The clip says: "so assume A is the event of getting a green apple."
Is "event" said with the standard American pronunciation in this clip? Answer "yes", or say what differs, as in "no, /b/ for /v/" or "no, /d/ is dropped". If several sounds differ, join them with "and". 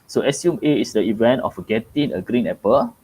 yes